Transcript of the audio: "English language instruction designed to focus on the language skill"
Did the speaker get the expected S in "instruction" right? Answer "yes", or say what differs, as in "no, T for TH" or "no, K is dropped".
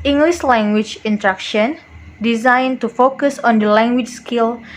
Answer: no, S is dropped